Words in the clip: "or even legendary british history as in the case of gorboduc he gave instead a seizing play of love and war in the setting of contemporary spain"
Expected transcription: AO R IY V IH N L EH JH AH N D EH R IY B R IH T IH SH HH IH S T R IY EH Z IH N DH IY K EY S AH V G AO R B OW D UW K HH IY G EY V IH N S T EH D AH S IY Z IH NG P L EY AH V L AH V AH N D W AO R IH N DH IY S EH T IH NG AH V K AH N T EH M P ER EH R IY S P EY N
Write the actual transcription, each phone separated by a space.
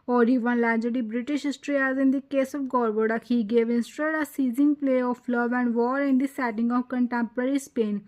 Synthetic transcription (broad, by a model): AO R IY V IH N L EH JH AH D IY B R IH T IH SH HH IH S T R IY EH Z IH N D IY K EY S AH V G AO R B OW D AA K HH IY G EY V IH N S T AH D AH S IY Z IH NG P L EY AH F L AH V AH N D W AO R IH N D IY S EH T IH NG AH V K AH N T EH M P ER EH R IY S P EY N